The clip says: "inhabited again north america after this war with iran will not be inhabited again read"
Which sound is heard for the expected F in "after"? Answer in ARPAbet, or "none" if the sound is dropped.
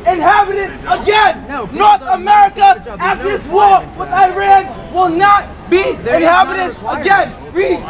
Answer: none